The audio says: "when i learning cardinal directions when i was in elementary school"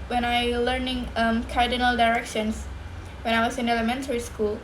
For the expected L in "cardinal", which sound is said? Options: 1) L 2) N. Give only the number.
1